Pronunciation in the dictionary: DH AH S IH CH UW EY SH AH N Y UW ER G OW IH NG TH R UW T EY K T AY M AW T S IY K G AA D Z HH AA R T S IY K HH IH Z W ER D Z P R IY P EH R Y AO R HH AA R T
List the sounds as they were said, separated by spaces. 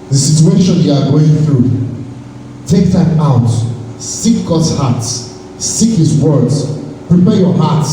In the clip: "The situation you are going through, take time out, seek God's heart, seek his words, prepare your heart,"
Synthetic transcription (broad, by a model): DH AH S IH CH UW EY SH AH N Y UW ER G OW IH NG TH R UW T EY K T AY M AW T S IY K G AA D Z HH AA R T S IY K HH IH Z W ER D Z P R IY P EH R Y AO R HH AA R T